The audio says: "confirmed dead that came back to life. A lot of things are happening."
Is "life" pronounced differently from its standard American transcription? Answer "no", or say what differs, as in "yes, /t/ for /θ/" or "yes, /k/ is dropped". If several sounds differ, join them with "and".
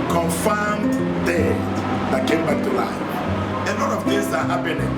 yes, /f/ is dropped